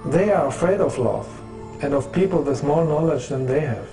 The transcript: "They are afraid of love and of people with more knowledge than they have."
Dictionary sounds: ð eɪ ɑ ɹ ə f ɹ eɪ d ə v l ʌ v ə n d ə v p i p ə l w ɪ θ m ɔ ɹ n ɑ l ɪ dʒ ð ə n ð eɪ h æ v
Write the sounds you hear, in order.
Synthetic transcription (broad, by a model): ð eɪ ɑ ɹ ə f ɹ eɪ d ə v l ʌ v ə n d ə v p i p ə l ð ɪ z m ɔ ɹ n ɑ l ɪ dʒ ð ə n ð eɪ h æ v